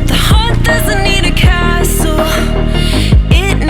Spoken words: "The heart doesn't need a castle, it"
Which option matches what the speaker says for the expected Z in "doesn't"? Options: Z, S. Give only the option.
Z